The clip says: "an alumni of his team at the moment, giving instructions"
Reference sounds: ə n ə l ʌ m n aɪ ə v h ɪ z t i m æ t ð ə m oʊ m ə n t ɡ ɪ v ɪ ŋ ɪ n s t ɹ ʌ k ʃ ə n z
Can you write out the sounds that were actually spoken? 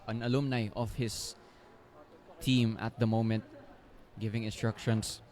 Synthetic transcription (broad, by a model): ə n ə l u m n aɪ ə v h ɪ s t i m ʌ t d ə m oʊ m ə n t ɡ ɪ v ɪ ŋ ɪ n s t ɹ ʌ k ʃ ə n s